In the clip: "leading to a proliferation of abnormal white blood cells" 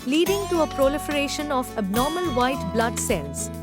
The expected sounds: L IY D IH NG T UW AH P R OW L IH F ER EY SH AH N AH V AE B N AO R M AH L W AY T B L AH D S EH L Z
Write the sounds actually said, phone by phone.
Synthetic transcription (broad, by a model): L IY D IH NG T UW AH P R OW L IH F ER EY SH AH N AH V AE B N AO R M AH L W AY T B L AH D S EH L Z